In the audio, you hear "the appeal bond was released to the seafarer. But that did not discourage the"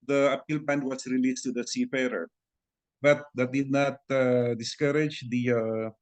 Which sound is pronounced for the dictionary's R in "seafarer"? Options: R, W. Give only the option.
R